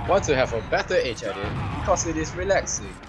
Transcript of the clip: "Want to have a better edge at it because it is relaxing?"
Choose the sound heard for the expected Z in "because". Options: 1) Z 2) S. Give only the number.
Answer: 2